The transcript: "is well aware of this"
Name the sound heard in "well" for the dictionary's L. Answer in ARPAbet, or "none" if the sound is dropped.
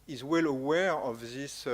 L